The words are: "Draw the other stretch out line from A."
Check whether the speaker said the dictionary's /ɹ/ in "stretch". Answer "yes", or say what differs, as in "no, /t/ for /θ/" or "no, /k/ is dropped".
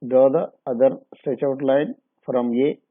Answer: no, /ɹ/ is dropped